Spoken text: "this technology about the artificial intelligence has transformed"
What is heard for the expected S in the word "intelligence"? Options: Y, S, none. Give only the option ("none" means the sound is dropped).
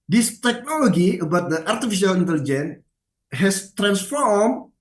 none